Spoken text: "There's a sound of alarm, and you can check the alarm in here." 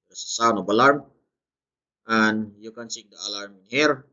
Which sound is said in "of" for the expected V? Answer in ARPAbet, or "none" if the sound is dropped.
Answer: B